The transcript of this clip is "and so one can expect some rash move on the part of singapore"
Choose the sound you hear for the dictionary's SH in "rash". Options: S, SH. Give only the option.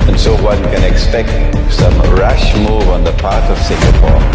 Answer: SH